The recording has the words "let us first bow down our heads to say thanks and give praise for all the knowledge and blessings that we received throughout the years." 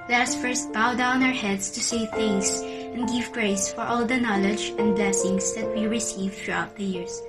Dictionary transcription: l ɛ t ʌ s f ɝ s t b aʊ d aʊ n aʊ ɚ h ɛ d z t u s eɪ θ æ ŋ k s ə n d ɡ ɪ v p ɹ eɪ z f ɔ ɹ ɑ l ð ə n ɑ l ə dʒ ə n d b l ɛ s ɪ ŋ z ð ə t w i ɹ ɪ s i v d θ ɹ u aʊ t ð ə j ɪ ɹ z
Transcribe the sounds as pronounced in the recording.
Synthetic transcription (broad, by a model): l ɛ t ʌ s f ɝ s t b aʊ d aʊ n aʊ ɚ h ɛ d s t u s eɪ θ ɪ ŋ s ə n d ɡ ɪ v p ɹ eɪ s f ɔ ɹ ɑ l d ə n ɑ l ə dʒ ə n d b l ɛ s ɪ ŋ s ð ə t w i ɹ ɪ s i v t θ ɹ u aʊ t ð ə j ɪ ɹ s